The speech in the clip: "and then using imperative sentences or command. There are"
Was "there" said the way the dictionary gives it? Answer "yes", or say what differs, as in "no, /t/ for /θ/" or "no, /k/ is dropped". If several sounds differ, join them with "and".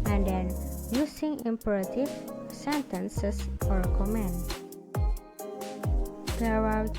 no, /w/ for /ɹ/